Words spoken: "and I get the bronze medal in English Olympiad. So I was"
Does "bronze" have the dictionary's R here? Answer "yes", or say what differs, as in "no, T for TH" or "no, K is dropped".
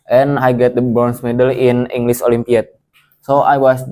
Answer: no, R is dropped